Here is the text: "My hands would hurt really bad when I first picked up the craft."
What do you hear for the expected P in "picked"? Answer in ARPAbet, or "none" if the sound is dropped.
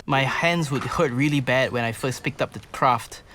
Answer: P